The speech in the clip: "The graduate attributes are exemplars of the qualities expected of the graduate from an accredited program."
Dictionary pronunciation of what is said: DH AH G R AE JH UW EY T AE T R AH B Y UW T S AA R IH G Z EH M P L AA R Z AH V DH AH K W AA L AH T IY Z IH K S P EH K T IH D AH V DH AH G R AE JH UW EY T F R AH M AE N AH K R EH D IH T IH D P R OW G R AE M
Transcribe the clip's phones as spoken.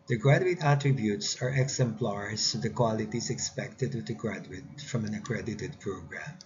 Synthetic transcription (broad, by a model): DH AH G R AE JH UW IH T AE T R AH B Y UW T S AA R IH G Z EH M P L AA R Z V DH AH K W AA L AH T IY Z IH K S P EH K T IH D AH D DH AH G R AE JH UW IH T F R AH M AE N AH K R EH D IH T IH D P R OW G R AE M